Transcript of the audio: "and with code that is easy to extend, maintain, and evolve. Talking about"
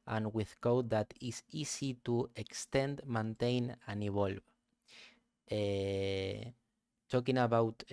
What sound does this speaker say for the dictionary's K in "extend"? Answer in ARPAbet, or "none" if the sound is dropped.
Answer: K